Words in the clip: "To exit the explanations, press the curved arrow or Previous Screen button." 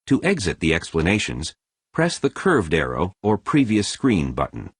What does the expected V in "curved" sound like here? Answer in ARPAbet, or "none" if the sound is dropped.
V